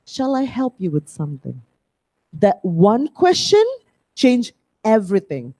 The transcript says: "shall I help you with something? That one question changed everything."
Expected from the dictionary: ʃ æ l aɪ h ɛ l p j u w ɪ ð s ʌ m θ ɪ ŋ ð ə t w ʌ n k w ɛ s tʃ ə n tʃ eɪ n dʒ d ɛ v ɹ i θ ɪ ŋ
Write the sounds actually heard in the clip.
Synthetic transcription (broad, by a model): ʃ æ l aɪ h ɛ l p j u w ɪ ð s ʌ m θ ɪ ŋ ð ə t w ʌ n k w ɛ s tʃ ə n tʃ eɪ n dʒ ɛ v ɹ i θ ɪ ŋ